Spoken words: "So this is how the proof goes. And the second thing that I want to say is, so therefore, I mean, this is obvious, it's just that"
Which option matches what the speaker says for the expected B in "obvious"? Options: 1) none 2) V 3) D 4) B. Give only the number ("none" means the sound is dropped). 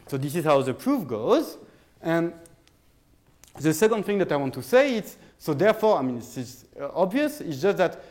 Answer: 4